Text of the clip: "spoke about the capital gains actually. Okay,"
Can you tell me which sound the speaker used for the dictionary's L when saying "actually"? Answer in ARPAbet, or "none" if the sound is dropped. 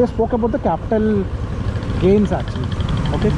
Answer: none